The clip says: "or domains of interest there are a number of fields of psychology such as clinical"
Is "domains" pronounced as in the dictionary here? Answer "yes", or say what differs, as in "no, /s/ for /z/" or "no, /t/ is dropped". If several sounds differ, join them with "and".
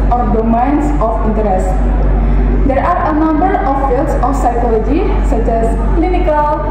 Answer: no, /s/ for /z/